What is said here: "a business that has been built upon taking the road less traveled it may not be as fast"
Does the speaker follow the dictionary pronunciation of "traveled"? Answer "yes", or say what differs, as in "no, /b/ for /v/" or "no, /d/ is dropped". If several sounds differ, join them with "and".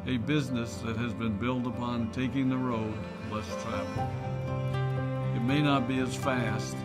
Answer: no, /d/ is dropped